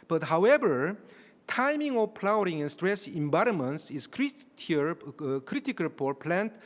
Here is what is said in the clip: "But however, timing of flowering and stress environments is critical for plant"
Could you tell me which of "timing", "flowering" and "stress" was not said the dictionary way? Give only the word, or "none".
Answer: flowering